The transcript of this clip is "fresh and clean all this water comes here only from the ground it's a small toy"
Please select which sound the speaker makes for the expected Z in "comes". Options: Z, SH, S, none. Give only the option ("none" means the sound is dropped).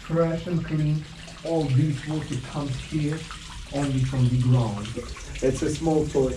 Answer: none